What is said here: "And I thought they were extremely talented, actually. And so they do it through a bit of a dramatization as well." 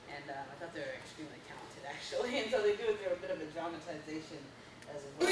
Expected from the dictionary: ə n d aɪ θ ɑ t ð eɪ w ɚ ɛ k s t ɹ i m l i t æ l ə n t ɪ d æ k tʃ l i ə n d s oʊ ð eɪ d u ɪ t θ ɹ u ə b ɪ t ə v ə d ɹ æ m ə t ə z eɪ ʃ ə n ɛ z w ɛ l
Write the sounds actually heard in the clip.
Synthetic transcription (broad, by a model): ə n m aɪ θ ɑ t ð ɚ ɛ k s t ɹ i m l i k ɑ ə n t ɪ d æ k tʃ l i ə n s oʊ ð eɪ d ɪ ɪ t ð ɹ ə b ɪ t ə v ə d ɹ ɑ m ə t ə z eɪ ʃ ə n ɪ z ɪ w